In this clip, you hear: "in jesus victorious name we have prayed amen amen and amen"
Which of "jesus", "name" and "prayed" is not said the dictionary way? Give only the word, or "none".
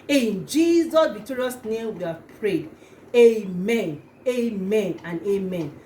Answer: none